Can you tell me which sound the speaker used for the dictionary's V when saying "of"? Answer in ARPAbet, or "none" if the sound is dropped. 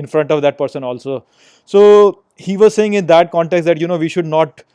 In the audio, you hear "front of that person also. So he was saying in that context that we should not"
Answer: V